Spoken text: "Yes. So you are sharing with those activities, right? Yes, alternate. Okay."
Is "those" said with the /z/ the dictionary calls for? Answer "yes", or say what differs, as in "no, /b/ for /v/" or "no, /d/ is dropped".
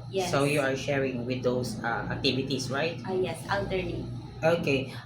no, /s/ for /z/